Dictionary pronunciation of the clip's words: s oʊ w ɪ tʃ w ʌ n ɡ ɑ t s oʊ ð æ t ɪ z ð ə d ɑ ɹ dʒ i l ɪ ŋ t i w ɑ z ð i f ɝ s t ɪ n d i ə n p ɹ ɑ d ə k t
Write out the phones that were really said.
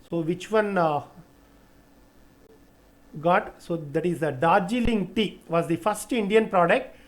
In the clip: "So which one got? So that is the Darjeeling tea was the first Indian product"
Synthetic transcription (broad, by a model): s oʊ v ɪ tʃ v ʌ n ɡ ɑ t s oʊ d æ t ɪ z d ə d ɑ ɹ dʒ i l ɪ ŋ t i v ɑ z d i f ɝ s t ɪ n d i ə n p ɹ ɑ d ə k t